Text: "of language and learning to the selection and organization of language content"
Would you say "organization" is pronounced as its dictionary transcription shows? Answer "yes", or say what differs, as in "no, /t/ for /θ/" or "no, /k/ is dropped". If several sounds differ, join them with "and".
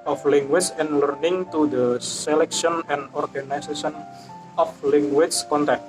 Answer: no, /s/ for /z/